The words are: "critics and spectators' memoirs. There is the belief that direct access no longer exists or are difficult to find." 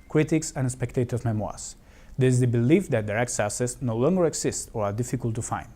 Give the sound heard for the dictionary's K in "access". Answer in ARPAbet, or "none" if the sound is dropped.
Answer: none